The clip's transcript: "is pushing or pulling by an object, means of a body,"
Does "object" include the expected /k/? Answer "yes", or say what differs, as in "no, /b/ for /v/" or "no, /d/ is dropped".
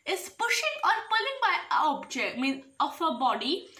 yes